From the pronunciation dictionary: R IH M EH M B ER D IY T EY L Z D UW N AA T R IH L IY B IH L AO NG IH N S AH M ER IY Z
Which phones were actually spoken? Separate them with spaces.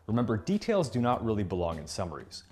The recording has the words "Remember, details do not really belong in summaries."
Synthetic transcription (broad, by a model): R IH M EH M B ER D IY T EY L Z D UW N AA T R IH L IY B IH L AO NG IH N S AH M ER IY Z